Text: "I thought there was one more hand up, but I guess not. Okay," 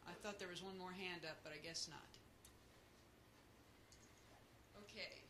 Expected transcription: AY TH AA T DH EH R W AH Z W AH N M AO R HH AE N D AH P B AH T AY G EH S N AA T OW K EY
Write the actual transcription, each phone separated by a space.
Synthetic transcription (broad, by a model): AY TH AA T DH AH R W AH Z W AH N M AO R HH AE N D AH P B AH T AY G EH S N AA T OW K EY